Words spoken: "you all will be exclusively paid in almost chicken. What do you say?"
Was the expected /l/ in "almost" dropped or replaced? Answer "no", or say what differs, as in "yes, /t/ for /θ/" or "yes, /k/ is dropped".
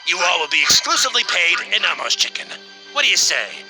yes, /l/ is dropped